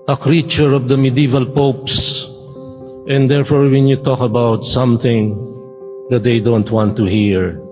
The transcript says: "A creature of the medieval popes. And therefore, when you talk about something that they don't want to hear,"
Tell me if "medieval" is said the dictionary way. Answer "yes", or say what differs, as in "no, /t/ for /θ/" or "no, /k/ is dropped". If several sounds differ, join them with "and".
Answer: yes